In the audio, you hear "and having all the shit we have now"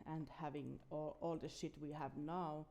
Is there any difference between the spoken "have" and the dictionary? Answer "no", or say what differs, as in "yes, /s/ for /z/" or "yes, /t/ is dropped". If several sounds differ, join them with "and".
no